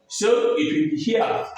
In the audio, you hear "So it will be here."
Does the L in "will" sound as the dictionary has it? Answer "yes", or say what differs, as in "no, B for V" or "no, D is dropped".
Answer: no, N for L